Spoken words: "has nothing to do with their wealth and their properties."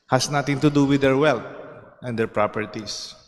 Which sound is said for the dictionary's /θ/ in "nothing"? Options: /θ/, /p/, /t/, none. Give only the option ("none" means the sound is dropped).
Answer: /t/